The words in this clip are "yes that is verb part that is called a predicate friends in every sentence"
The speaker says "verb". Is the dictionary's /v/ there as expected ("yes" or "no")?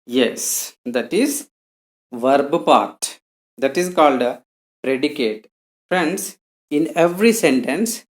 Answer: yes